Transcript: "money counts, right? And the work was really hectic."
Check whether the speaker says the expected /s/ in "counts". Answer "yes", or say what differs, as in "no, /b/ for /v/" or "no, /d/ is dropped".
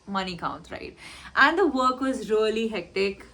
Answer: no, /s/ is dropped